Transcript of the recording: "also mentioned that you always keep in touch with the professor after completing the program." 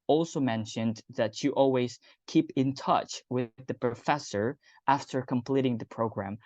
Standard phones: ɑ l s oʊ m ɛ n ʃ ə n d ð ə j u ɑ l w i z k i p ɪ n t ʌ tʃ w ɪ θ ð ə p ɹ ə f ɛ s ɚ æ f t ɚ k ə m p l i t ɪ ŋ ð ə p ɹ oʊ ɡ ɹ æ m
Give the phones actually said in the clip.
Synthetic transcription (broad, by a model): ɑ l s oʊ m ɛ n ʃ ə n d ð ə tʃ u ɑ l w i z k i p ɪ n t ʌ tʃ w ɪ ð ə p ɹ ə f ɛ s ɚ æ f t ɚ k ə m p l i t ɪ ŋ ð ə p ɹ oʊ ɡ ɹ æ m